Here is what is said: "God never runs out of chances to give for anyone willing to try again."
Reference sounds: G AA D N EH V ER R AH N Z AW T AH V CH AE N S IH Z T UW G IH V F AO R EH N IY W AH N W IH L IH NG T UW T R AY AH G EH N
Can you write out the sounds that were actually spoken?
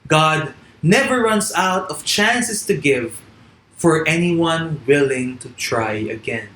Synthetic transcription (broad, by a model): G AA D N EH V ER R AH N S AW T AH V CH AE N S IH S T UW G IH V F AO R EH N IY W AH N W IH L IH NG T UW T R AY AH G EH N